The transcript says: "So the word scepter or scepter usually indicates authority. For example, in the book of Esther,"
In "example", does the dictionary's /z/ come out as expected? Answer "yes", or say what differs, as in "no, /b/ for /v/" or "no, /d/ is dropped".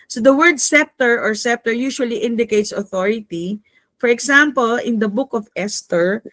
no, /s/ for /z/